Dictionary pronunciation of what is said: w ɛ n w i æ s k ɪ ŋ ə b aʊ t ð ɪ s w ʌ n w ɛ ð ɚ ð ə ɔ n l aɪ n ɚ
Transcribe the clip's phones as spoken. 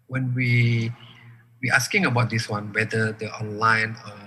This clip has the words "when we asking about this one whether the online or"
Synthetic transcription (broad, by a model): w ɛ n w i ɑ s k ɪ ŋ ə b aʊ t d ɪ s w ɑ n w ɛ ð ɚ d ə ɔ n l aɪ n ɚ